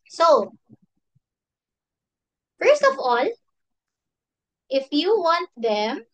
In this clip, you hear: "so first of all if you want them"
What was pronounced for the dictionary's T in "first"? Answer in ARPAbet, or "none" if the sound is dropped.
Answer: T